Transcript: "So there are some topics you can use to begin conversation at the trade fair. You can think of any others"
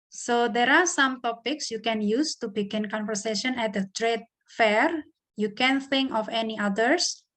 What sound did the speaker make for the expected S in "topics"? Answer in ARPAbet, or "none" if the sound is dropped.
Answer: S